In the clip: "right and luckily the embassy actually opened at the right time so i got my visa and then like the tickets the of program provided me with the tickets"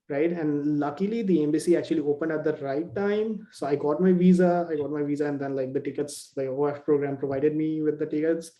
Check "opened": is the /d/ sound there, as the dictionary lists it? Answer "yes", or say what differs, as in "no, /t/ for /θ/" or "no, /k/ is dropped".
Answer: yes